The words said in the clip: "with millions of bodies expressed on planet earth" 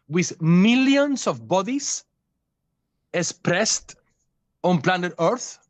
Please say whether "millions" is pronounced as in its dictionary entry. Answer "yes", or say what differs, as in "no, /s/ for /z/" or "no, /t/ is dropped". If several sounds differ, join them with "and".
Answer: no, /s/ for /z/